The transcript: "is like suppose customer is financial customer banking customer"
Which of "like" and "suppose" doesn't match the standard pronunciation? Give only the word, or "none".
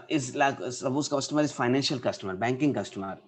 suppose